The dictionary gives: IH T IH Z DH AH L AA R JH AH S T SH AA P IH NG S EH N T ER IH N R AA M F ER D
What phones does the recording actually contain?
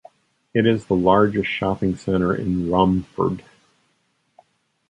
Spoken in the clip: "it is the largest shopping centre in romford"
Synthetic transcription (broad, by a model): IH T IH Z DH AH L AA R JH AH S T SH AA P IH NG S EH T ER IH N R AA M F ER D